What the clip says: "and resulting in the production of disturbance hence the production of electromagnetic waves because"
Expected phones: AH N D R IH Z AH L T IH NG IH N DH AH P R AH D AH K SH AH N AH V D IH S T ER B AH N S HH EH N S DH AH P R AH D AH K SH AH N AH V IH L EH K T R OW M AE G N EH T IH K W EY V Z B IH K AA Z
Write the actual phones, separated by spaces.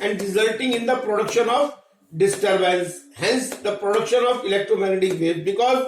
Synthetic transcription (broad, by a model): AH N D R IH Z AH L T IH NG IH N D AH P R AH D AH K SH AH N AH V D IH S T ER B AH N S HH EH N S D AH P R AH D AH K SH AH N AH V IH L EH K T R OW M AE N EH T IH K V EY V B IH K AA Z